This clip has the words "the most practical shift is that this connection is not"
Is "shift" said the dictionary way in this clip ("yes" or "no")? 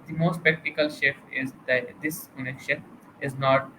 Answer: no